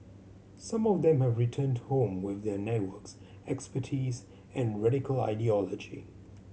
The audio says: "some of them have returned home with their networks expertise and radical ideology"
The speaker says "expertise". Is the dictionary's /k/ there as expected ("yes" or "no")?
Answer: yes